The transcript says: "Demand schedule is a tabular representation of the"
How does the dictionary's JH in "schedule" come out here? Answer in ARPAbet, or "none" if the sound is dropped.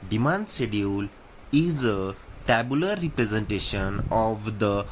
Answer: none